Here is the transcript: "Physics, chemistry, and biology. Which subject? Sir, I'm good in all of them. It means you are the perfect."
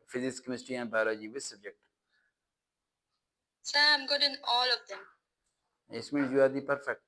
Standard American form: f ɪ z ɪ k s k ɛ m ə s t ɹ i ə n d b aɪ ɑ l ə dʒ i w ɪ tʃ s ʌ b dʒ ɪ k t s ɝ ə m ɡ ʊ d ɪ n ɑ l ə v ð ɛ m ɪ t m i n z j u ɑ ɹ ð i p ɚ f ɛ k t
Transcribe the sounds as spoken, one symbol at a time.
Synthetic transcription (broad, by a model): f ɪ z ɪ s k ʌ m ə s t i ə n d b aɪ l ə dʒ i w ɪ s ʌ b dʒ ɪ k t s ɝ ə m ɡ ʊ d ɪ n ɑ l ə v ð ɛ m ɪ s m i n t j u ɑ ɹ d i p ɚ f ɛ k t